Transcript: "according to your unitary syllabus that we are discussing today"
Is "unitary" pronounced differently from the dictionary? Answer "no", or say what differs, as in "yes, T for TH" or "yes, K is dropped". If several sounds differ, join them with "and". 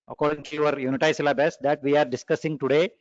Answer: yes, R is dropped